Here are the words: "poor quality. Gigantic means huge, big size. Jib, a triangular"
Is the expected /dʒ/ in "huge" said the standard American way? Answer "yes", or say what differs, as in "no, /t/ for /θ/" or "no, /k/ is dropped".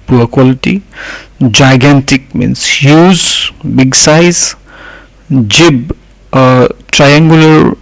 no, /z/ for /dʒ/